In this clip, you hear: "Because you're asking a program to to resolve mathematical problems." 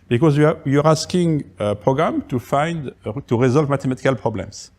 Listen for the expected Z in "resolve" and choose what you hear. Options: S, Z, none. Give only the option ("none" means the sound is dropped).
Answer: Z